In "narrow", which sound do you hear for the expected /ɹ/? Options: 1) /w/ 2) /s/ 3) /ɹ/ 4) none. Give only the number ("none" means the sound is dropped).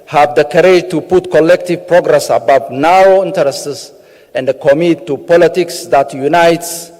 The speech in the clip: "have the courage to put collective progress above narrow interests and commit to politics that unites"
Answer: 4